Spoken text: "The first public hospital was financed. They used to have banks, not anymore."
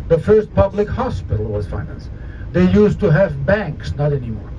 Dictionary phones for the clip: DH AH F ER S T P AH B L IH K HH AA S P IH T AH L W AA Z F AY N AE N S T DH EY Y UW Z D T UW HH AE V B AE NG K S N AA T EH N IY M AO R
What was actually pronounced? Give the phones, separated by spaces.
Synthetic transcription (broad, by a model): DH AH F ER S T P AH B L IH K HH AA S P IH T AH L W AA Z F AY N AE N S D EY Y UW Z T UW HH AE V B AE NG K S N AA T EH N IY M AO R